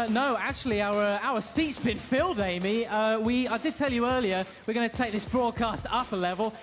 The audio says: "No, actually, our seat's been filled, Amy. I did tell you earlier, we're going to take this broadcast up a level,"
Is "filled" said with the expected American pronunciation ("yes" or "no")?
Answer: yes